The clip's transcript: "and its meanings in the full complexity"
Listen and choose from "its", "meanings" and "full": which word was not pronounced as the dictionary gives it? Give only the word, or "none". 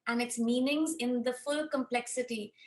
none